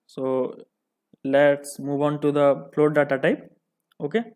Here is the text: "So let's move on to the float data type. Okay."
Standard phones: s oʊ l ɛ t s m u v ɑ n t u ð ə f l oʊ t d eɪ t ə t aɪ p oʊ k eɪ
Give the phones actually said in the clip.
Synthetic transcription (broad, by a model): s oʊ l ɛ t s m u v ɑ n t u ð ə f l oʊ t d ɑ t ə t aɪ p oʊ k eɪ